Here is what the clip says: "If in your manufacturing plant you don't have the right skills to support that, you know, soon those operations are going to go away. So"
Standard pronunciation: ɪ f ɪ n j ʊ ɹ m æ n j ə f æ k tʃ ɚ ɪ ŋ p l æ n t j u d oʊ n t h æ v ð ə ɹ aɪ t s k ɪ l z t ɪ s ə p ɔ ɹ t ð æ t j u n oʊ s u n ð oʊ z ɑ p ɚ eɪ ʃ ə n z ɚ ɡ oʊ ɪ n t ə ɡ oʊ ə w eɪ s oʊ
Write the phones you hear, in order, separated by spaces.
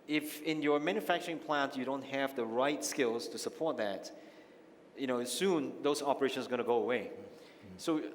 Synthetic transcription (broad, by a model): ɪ f ɪ n j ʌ ɹ m æ n j ə f æ k tʃ ɚ ɪ ŋ p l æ n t j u d oʊ n t h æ v ð ə ɹ aɪ t s k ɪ l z t ɪ s ə p ɔ ɹ t ð æ t j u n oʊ s u n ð oʊ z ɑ p ɚ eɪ ʃ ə n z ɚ ɡ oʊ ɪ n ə ɡ oʊ ə w eɪ s oʊ